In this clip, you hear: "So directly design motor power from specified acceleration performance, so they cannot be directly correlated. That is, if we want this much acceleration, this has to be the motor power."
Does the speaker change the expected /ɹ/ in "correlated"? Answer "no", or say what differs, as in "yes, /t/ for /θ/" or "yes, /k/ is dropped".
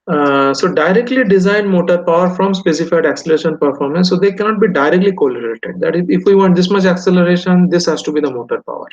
yes, /l/ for /ɹ/